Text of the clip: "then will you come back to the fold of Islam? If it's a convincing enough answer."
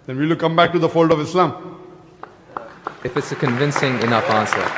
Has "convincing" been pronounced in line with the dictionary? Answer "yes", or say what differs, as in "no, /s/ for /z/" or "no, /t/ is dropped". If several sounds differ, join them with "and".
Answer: yes